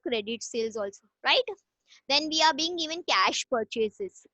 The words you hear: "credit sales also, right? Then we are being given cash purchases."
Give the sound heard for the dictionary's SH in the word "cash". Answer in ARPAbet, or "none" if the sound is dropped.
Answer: SH